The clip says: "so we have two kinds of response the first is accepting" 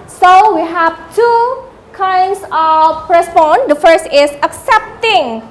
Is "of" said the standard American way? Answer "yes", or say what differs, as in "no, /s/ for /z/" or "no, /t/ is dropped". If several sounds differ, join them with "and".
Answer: no, /p/ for /v/